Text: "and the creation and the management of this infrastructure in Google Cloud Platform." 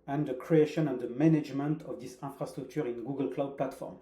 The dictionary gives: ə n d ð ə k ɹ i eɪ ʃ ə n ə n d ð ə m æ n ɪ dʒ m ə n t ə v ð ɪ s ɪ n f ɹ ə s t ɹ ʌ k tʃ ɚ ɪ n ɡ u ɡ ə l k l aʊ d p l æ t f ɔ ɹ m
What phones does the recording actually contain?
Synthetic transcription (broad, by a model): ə n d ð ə k ɹ i eɪ ʃ ə n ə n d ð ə m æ n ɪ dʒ m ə n t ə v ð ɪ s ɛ f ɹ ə s t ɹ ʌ k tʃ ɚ ɪ n ɡ u ɡ ə l k l aʊ d p l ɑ t f ɔ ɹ m